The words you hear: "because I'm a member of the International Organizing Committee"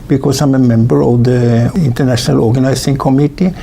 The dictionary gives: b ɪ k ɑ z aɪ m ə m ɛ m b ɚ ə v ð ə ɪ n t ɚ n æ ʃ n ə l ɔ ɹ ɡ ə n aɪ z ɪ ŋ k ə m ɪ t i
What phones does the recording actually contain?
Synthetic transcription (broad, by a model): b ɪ k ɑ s aɪ m ə m ɛ m b ɚ ə v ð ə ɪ n t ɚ n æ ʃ n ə l ɔ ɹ ɡ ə n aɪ s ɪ ŋ k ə m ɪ t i